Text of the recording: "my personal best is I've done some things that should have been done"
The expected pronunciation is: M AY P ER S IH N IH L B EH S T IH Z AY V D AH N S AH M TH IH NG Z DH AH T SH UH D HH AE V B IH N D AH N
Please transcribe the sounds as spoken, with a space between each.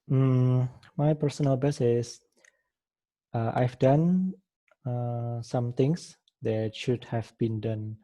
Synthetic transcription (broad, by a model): M AY P ER S IH N IH L B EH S IH S AY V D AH N S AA M T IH NG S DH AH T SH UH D HH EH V B IH N D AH N